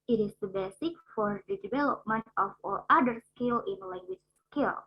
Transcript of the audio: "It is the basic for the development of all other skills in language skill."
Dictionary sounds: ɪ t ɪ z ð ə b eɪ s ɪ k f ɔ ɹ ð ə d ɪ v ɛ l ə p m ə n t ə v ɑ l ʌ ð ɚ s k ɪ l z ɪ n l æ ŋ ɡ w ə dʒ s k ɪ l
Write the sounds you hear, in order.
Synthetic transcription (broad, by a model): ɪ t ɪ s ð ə b eɪ s ɪ k f ɔ ɹ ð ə d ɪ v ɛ l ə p m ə n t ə f ɑ l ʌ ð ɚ s k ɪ l ɪ n l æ ŋ ɡ w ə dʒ s k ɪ l